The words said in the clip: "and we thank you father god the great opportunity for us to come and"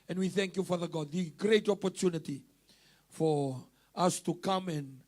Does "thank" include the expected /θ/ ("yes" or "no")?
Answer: yes